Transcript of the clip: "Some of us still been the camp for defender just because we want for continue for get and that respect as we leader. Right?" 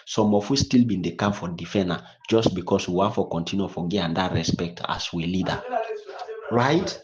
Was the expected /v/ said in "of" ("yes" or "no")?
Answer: no